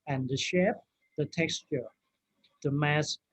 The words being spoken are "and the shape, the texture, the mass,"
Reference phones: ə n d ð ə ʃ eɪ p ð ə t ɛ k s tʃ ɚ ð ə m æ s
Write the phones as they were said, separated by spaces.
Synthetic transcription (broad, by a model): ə n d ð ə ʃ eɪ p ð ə t ɛ k s tʃ ɚ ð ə m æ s